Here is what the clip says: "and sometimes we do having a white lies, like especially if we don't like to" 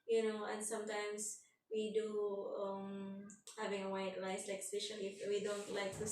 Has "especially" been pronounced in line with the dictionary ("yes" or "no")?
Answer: no